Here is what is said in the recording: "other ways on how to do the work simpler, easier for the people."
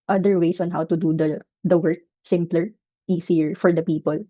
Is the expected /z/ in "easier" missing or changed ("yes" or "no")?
yes